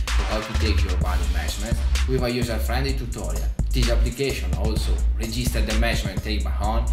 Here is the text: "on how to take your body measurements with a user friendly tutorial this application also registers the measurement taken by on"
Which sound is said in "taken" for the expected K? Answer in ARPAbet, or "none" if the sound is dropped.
none